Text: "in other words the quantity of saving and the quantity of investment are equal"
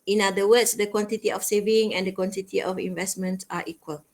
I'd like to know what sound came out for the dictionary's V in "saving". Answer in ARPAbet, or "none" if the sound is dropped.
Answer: V